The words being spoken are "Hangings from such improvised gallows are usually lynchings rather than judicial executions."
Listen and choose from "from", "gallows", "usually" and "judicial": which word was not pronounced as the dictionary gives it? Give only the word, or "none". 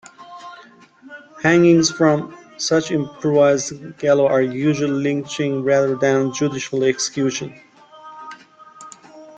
gallows